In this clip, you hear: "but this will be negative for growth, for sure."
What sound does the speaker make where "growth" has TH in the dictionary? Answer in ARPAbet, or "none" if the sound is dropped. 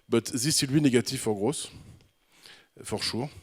S